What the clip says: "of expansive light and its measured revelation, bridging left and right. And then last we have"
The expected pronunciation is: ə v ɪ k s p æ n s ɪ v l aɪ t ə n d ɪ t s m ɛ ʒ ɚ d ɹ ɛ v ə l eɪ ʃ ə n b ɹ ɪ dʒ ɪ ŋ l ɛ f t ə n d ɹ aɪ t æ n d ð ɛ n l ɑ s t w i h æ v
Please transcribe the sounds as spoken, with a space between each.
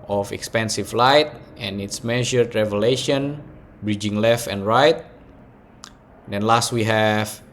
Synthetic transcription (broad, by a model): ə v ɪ k s p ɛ n s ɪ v l aɪ t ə n ɪ t s m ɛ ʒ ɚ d ɹ ɛ v ə l eɪ ʃ ə n b ɹ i dʒ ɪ ŋ l ɛ f t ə n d ɹ aɪ t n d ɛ n l ɑ s t w i h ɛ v